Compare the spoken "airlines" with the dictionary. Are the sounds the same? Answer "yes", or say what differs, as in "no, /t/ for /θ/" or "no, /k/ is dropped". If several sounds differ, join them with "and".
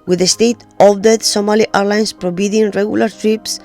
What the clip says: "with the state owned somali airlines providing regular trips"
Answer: no, /s/ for /z/